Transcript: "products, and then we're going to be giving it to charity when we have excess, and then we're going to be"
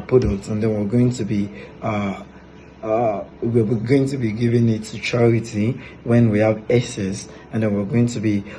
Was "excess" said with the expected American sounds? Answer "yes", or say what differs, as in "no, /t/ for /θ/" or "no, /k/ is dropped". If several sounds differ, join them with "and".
no, /k/ is dropped